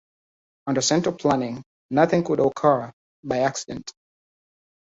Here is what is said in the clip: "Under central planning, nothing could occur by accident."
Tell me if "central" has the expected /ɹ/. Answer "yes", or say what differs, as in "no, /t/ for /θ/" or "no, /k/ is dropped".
no, /ɹ/ is dropped